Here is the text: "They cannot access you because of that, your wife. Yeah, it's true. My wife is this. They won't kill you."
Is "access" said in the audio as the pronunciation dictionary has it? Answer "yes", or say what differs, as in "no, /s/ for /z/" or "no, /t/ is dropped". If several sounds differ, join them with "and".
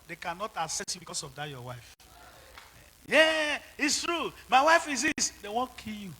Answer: no, /k/ is dropped